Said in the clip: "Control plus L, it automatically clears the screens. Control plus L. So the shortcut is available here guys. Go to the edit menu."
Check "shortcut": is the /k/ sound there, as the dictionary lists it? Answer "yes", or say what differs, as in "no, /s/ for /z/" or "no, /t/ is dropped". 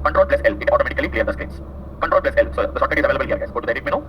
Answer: no, /k/ is dropped